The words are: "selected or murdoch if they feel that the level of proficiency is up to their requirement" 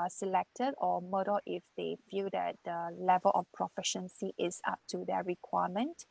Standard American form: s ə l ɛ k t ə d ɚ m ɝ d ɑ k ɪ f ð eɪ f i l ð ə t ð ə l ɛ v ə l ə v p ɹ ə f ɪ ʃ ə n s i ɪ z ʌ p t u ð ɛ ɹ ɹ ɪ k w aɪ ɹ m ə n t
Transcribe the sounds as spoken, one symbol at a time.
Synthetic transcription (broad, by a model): s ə l ɛ k t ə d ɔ m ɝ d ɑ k ɪ f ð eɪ f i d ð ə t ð ə l ɛ v ə l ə f p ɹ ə f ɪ ʃ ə n s i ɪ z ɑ p t u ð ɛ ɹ ɹ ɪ k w aɪ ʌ m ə n t